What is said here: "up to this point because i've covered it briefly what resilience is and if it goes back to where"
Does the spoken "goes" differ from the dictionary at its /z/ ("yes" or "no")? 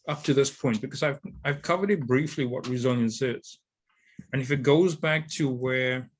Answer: no